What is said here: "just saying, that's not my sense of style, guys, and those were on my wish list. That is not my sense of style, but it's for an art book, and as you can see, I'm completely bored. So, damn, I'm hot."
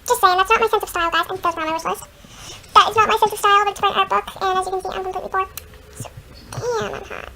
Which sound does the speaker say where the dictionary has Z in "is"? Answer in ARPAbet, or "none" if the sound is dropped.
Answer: S